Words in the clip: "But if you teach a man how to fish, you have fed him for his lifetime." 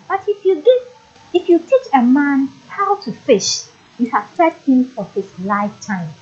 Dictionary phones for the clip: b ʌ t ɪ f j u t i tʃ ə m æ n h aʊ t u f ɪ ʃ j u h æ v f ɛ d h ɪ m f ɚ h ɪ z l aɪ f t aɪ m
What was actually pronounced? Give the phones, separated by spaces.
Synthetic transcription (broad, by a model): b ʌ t ɪ f j u t i tʃ ə m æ n h aʊ t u f ɪ ʃ j u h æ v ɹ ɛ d h ɪ m f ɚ h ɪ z l aɪ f t aɪ m